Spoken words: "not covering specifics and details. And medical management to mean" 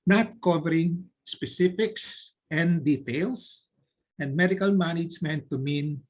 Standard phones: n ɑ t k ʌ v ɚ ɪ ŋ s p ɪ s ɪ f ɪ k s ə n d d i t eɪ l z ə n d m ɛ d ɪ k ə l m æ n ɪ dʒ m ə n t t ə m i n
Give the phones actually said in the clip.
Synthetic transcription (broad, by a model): n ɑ t k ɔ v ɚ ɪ ŋ s p ɪ s ɪ f ɪ k s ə n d d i t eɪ l s ə n d m ɛ d ɪ k ə l m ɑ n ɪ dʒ m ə n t t ə m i n